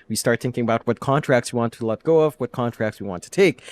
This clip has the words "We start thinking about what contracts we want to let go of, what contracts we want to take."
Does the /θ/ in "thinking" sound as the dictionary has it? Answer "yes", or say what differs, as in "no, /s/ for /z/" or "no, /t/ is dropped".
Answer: yes